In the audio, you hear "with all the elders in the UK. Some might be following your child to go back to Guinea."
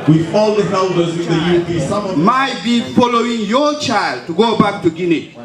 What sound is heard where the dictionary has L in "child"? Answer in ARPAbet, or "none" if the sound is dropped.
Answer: L